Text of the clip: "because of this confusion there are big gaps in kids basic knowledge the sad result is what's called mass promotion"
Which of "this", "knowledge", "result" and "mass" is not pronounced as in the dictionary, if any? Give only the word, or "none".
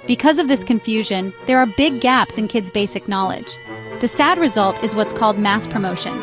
none